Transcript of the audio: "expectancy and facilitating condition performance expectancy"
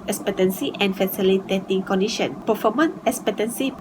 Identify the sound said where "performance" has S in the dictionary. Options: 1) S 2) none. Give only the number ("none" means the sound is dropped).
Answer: 2